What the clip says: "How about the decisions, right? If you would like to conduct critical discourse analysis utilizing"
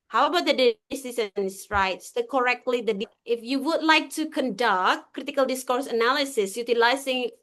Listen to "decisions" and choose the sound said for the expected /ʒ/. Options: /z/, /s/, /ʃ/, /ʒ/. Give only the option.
/s/